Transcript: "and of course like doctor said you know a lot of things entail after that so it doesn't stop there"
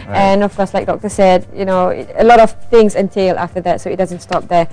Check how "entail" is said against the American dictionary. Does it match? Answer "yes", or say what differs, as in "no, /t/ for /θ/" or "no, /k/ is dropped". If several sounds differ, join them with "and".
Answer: yes